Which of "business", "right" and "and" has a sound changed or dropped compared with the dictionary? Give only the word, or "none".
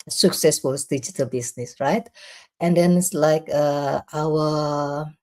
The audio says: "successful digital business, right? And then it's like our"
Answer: business